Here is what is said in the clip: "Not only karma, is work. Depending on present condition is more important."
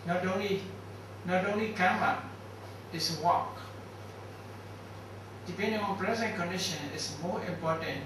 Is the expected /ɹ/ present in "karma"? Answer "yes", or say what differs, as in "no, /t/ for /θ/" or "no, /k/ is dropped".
no, /l/ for /ɹ/